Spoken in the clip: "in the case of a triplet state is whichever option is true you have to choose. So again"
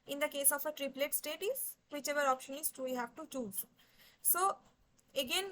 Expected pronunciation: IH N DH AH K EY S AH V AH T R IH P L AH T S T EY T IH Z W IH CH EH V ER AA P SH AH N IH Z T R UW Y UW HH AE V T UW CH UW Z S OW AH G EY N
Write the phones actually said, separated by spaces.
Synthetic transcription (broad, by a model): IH N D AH K EY S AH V AH T R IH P L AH T S T EY T IH Z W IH CH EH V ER AA P SH AH N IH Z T UW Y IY HH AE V T UW CH UW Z S OW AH G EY N